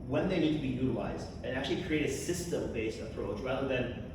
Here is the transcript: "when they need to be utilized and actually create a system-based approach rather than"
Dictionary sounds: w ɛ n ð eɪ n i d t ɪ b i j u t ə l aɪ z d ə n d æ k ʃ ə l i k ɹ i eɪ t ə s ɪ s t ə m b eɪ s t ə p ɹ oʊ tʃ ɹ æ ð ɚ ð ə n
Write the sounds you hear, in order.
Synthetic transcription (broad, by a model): w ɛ n ð eɪ n i d t ɪ b i j u t ə l aɪ z d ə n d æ k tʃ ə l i k ɹ i eɪ t ə s ɪ s t ə m b eɪ s t ə p ɹ oʊ tʃ ɹ æ ð ɚ ð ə n